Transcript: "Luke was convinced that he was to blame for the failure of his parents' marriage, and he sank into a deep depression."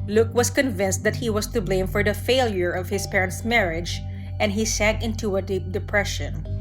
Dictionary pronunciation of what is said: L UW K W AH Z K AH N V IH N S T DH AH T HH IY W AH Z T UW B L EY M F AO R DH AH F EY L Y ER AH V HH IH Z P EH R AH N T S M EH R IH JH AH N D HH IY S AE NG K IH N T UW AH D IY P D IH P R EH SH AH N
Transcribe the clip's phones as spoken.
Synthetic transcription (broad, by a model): L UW K W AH S K AH N V IH N S T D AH T HH IY W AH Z T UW B L EY M F AO R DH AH F EY L Y ER AH V HH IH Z P EH R AH N T S M EH R IH JH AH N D HH IY S AE NG K IH N T UW AH D IY P D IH P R EH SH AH N